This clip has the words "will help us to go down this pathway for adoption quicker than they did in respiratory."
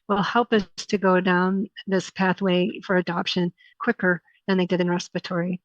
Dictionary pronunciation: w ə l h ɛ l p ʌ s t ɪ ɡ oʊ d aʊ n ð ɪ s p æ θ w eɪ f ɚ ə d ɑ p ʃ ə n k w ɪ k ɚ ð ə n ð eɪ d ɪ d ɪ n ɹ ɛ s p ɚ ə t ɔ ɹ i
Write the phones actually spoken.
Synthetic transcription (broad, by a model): w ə l h ɛ l p ʌ s t ɪ ɡ oʊ d aʊ n ð ɪ s p æ θ w eɪ f ɚ ə d ɑ p ʃ ə n k w ɪ k ɚ ð ə n ð eɪ d ɪ d ɪ n ɹ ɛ s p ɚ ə t ɔ ɹ i